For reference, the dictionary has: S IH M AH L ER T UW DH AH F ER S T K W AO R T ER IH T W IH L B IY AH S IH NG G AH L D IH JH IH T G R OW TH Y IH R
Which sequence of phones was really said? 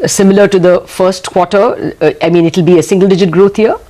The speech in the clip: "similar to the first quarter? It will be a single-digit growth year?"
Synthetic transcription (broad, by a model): S IH M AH L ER T UW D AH F ER S T K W AO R T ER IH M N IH L B IY AH S IH NG G AH L D IH JH IH T G R OW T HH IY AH